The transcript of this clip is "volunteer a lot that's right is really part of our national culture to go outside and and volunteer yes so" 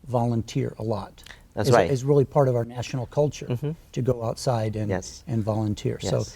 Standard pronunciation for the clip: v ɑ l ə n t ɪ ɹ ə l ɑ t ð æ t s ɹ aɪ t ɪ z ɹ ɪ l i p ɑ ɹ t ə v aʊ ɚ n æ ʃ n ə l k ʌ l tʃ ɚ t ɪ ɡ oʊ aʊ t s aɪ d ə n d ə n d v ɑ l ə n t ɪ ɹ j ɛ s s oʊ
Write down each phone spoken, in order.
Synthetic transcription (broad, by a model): v ɑ l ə n t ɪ ɹ ə l ɑ t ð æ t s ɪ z ɪ z ɹ ɪ l i p ɑ ɹ t ə v aʊ ɚ n æ ʃ n l k ʌ l tʃ ɚ t ɪ ɡ oʊ aʊ t s aɪ d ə n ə n v ɑ l ə n t ɪ ɹ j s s oʊ